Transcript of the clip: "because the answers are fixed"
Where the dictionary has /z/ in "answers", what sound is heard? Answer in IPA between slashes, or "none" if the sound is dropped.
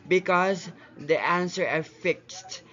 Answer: none